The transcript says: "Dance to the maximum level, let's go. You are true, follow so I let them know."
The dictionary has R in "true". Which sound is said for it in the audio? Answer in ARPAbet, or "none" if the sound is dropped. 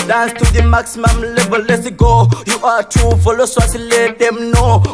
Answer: none